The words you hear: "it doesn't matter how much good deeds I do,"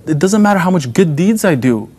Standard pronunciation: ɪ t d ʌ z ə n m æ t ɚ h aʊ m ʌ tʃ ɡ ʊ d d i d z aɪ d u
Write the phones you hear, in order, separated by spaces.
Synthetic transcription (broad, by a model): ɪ t d ʌ z ə n m æ t ɚ h aʊ m ʌ tʃ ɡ ʊ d d i d z aɪ d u